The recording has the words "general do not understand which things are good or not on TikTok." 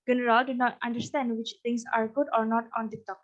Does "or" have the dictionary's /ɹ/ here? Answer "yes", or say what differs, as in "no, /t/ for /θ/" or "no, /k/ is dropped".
yes